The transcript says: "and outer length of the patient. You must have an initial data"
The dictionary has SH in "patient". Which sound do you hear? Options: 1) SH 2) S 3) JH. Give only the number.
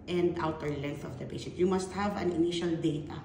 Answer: 2